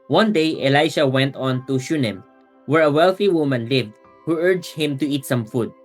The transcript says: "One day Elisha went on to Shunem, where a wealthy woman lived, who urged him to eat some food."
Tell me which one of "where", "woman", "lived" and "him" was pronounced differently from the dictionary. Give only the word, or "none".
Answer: none